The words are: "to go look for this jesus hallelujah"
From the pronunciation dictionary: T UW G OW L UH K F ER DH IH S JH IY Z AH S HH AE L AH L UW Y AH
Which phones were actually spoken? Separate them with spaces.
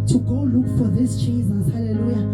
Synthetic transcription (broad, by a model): T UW G OW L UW K F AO DH IH S CH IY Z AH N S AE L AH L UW Y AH